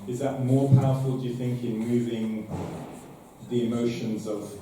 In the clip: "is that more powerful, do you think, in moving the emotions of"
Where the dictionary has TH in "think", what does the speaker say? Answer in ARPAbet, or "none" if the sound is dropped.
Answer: TH